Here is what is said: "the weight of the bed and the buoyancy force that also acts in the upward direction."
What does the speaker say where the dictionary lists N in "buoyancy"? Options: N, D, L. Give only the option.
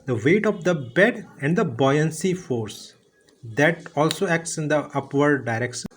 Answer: N